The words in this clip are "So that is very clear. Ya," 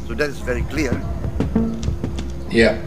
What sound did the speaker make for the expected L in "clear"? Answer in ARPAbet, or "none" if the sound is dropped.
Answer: L